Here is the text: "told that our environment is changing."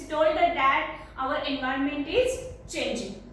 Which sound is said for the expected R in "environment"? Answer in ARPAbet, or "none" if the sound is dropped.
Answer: R